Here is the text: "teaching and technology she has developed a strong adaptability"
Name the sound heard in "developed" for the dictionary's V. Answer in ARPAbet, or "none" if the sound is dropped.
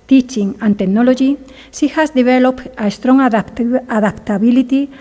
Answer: B